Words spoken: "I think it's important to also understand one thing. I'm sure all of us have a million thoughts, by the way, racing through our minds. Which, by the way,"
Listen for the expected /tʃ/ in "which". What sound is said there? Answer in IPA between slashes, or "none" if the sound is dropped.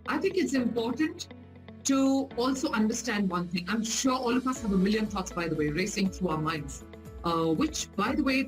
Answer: /tʃ/